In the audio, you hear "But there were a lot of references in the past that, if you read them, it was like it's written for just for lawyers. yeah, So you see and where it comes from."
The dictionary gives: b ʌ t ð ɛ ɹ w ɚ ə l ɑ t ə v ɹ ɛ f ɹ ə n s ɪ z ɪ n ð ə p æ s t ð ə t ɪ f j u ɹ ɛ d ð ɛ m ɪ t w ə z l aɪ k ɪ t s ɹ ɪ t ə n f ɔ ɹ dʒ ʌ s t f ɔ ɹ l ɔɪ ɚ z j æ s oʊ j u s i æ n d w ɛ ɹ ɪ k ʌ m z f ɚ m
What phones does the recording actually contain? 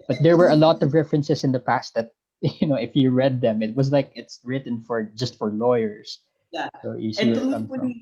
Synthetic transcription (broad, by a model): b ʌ t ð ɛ ɹ w ɚ ə l ɑ t ə v ɹ ɛ f ɹ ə n s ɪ s ɪ n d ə p æ s t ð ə t ɪ f j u ɹ ɛ d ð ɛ m ɪ t w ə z l aɪ k ɪ t s ɹ ɪ t ə n f ɔ ɹ dʒ ʌ s t f ɔ ɹ l ɔɪ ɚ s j s oʊ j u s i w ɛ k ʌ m f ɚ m